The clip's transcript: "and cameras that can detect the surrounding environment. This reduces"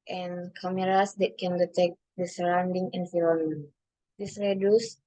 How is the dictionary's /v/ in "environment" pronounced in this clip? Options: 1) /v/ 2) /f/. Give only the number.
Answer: 2